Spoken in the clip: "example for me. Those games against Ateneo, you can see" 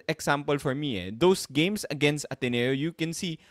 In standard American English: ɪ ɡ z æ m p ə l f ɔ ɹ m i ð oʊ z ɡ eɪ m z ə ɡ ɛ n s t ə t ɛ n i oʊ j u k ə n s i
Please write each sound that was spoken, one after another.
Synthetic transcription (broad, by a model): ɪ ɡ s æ m p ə l f ɔ ɹ m i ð oʊ s ɡ eɪ m s ə ɡ ɛ n s t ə t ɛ n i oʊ j u k ə n s i